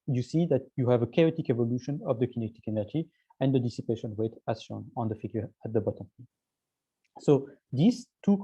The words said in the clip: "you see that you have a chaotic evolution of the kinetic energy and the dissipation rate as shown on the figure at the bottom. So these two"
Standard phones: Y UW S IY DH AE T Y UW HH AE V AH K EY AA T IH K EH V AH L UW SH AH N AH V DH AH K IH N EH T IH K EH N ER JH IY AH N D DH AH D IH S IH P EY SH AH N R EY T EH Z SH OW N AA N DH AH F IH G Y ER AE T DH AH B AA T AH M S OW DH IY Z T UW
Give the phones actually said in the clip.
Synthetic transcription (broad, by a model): Y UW S IY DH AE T Y UW HH AE V AH K EY AA T IH K EH V AH L UW SH AH N AH V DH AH K IH N EH T IH K EH N ER JH IY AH N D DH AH D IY S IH P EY SH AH N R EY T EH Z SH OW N AA N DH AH F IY G Y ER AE T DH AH B AA T AH M S OW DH IY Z T UW